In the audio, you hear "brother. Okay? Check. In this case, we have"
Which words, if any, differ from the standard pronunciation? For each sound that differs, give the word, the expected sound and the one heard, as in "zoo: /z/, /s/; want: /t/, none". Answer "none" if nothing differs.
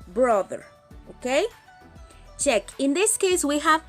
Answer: none